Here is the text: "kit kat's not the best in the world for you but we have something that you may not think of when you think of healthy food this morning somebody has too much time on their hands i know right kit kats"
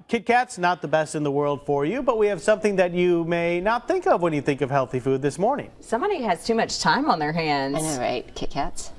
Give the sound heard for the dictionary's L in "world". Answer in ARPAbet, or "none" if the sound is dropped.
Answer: L